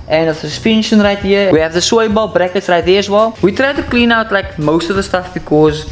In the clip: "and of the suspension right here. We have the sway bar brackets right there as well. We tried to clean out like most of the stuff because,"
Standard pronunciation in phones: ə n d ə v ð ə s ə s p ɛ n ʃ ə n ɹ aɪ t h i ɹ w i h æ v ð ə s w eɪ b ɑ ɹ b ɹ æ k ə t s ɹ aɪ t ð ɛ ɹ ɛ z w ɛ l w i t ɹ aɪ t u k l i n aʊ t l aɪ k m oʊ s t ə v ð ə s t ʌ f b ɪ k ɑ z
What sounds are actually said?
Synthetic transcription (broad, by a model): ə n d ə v s ə s p ɛ n ʃ ə n ɹ aɪ t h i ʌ w i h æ v ð ə s w eɪ b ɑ l b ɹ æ k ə t s ɹ aɪ t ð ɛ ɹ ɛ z w ɛ l w i t ɹ aɪ t u k l i n aʊ t l aɪ k m oʊ s t ə v ð ə s t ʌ f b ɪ k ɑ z